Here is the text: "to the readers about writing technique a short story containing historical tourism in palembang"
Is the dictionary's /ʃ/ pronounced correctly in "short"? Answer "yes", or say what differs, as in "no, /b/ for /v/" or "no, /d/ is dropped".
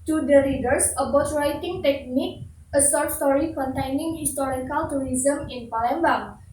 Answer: no, /s/ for /ʃ/